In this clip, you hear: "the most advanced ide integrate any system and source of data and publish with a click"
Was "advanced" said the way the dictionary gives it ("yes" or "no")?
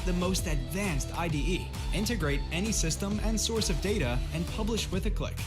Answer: yes